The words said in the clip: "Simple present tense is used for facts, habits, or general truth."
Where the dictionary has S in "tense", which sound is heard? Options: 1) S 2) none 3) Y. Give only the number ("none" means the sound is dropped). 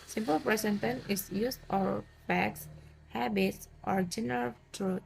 2